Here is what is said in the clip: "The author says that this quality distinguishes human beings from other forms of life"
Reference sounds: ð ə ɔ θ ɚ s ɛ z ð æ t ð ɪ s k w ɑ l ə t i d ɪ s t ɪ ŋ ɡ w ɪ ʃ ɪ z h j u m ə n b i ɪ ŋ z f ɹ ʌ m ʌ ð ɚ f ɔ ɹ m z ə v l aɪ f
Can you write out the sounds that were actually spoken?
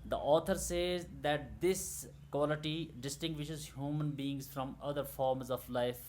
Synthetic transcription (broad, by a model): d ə ɔ t ɚ s ɛ z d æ t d ɪ s k w ɑ l ə t i d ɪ s t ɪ ŋ ɡ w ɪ ʃ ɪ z h j u m ə n b i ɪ ŋ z f ɹ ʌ m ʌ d ɚ f ɔ ɹ m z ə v l aɪ f